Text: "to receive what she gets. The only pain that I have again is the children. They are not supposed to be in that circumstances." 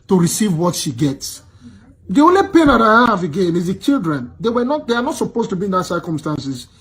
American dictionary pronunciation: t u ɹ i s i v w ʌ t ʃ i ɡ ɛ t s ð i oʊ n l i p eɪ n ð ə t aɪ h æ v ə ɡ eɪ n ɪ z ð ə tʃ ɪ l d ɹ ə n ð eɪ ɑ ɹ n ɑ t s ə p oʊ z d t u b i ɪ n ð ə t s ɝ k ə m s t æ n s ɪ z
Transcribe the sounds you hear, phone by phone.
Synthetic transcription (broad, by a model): t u ɹ i s i v w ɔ t ʃ i ɡ ɛ t s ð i oʊ n l i p eɪ n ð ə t aɪ h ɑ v ə ɡ eɪ n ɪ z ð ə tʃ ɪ l d ɹ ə n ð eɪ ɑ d n ɑ t s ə p oʊ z t u b i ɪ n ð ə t s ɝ k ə m s t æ n s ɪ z